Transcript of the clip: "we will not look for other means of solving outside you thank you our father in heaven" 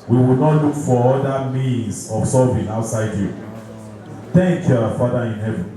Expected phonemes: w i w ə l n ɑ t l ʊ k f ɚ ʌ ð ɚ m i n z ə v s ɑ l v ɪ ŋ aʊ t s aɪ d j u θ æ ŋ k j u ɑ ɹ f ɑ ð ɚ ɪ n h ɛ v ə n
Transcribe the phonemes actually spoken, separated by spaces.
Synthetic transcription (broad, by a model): w i w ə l n ɑ t l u k f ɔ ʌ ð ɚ m i n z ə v s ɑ v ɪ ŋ aʊ t s aɪ d j u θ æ ŋ k j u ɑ f ɑ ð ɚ ɪ n h ɛ v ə n